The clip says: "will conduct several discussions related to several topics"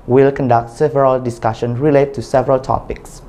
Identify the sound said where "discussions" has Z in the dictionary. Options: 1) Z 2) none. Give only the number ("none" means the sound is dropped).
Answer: 2